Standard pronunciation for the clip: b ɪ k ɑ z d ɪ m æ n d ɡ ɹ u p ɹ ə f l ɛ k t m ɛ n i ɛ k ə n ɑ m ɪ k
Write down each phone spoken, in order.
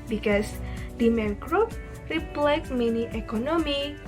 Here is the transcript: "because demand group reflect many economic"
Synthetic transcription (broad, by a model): b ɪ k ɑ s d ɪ m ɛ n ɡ ɹ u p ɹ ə p l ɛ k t m ɛ n i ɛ k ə n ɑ m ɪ